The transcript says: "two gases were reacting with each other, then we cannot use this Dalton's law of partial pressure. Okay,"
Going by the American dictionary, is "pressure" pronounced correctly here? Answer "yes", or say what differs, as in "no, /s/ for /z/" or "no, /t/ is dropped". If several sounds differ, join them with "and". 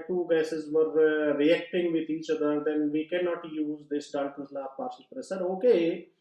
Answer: no, /s/ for /ʃ/